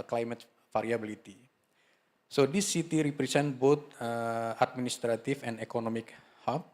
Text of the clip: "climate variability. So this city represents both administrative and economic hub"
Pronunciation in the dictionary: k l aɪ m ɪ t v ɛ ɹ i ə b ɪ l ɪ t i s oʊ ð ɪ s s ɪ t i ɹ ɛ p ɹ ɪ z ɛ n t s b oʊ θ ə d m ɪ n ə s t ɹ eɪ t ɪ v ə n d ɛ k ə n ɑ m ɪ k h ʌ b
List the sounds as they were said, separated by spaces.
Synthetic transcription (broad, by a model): k l aɪ m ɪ t f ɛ ɹ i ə b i l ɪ t i s oʊ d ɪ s s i t i ɹ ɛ p ɹ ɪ s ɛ n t b oʊ t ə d m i n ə s t ɹ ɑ t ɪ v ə n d ɛ k ə n ɑ m ɪ k h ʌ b